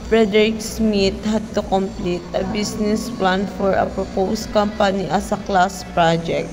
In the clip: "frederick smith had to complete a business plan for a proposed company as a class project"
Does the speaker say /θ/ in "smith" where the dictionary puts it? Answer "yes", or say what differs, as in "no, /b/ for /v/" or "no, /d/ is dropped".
no, /t/ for /θ/